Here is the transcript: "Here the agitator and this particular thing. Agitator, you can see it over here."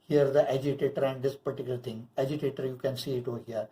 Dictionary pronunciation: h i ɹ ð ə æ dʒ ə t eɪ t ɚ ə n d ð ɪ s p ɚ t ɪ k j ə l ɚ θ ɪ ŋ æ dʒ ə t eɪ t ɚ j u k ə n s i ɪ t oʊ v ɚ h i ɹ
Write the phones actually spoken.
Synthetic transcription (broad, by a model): h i ɹ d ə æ dʒ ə t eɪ t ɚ ə n d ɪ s p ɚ t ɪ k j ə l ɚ t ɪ ŋ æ dʒ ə t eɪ t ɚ j u k ə n s i ɪ t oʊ h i ɹ